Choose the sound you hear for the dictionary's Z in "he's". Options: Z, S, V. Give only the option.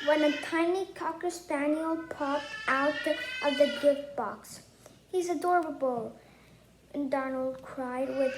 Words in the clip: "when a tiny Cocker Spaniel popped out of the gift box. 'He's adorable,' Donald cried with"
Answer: Z